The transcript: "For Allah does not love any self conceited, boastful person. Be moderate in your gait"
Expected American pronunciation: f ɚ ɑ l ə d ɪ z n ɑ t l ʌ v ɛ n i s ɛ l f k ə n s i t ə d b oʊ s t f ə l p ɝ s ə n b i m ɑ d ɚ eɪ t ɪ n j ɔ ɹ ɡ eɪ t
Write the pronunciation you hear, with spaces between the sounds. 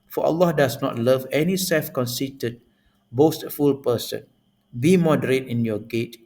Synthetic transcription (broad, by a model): f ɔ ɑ l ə d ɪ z n ɑ t l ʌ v ɛ n i s ɛ l f k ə n s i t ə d b oʊ s t f ə l p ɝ s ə n b i m ɑ d ɚ eɪ t ɪ n j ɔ ɡ eɪ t